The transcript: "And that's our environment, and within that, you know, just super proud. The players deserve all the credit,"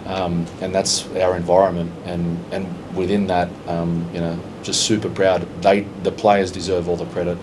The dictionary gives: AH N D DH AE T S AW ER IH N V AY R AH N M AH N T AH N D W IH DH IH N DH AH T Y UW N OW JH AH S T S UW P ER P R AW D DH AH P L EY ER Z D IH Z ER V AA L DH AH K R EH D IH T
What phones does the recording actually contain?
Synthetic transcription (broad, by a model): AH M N DH AE T S AW ER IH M V AY R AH N M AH N T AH N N W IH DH IH N DH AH T Y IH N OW JH AH S T S UW P ER P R AW D DH AH P L EY ER Z D IH Z ER V AA L DH AH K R EH D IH T